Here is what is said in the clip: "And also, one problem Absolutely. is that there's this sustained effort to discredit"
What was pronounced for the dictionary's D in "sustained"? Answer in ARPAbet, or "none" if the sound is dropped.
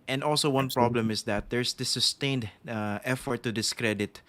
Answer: D